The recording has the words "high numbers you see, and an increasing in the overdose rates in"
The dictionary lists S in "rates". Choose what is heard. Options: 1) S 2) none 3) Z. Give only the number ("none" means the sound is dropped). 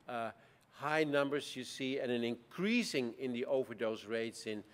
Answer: 1